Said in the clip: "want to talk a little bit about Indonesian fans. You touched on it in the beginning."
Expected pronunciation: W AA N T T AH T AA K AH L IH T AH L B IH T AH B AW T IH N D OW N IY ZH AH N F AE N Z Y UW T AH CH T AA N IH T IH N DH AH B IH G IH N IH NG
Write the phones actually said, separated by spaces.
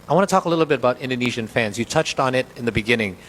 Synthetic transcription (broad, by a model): W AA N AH T AA K AH L IH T L B IH T AH B AW T IH N D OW N IY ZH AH N F AE N Z Y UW T AH CH T N IH T IH N DH AH B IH G IH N IH NG